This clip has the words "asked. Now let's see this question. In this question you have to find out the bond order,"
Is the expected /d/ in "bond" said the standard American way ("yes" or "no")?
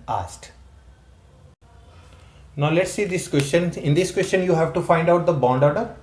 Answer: yes